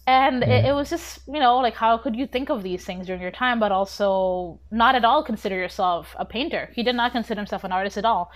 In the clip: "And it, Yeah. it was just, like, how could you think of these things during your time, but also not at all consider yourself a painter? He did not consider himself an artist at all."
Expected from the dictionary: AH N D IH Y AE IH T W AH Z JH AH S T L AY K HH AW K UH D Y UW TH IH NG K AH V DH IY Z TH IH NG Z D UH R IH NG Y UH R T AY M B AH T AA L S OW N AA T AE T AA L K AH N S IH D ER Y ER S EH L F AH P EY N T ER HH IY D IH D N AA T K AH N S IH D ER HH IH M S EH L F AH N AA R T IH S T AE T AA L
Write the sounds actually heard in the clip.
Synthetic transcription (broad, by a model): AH N IH IH T W AH Z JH AH S T L AY K HH AW K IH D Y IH TH IH NG K AH V DH IY Z TH IH NG Z D UH R IH NG Y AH R T AY M B AH T AA L S OW N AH T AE T AA L K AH N S IH D ER Y ER S EH L F AH P EY N T ER HH IY D IH D N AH T K AH N S IH D ER HH IH M S EH L F AH N AA R T IH S T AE T AA L